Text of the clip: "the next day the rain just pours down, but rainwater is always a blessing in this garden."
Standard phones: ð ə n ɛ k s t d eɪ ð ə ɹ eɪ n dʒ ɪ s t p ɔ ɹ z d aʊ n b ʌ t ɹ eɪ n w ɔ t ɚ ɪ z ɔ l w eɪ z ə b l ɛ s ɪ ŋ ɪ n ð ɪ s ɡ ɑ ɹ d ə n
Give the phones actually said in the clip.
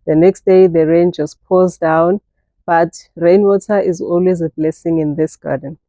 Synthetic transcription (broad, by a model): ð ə n ɛ k s t d eɪ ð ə ɹ eɪ n dʒ ɪ s t p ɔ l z d aʊ n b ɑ t ɹ eɪ n w ɔ t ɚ ɪ z ɔ l w eɪ z ə b l ɛ s ɪ ŋ ɪ n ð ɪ s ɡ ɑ d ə n